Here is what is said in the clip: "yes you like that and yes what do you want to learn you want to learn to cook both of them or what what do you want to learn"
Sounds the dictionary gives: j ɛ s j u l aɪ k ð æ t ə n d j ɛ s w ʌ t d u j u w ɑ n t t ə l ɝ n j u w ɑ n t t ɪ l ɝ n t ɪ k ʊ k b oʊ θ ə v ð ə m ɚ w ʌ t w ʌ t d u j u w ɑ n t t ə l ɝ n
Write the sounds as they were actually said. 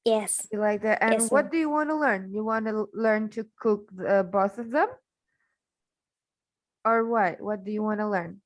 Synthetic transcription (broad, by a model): j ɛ s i l aɪ k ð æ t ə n w ʌ t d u j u w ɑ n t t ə l ɝ n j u w ɑ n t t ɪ l ɝ n t ɪ k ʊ k b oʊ s ə v ð ə m ɚ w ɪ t w ʌ t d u j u w ɑ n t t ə l ɝ n